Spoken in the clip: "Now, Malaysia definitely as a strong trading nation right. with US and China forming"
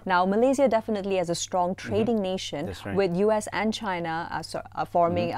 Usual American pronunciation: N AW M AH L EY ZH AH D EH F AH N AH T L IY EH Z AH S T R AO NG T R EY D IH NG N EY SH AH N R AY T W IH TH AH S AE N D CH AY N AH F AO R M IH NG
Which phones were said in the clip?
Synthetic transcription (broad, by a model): N AW M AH L EY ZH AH D EH F AH N AH T L IY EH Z AH S T R AO NG T R EY D IH NG N EY SH AH N W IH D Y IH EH S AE N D CH AY N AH F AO R M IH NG